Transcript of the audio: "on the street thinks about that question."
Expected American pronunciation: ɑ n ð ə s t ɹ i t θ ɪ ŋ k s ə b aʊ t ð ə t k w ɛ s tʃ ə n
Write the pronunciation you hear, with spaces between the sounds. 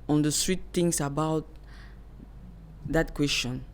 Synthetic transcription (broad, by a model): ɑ n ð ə s t ɹ i t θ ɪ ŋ s ə b aʊ t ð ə t k w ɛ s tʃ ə n